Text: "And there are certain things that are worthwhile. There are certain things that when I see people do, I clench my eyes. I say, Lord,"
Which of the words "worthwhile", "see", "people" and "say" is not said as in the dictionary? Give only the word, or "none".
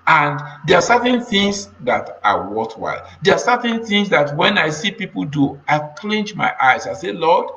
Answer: worthwhile